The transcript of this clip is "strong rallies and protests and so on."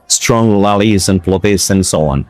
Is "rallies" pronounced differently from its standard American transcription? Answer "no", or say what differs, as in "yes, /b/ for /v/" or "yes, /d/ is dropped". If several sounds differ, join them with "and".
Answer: yes, /l/ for /ɹ/